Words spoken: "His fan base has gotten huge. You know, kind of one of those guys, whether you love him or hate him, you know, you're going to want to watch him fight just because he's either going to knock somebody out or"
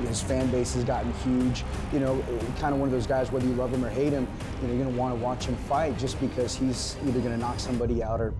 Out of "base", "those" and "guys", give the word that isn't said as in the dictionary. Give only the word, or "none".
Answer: none